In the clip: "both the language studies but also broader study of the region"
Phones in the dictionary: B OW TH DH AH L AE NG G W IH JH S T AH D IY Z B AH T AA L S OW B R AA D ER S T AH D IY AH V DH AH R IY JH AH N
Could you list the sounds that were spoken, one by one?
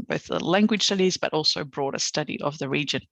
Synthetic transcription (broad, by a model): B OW TH DH AH L AE NG G W IH JH S T AH D IY Z B AH T AA L S OW B R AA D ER S T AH D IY AH V DH AH R IY JH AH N